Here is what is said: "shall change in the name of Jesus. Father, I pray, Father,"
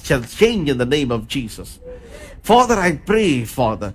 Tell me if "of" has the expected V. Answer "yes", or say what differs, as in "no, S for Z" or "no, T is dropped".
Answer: yes